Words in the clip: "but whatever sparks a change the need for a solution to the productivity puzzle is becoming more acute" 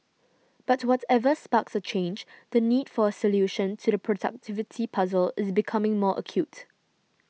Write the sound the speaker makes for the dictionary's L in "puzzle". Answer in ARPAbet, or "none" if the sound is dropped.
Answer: L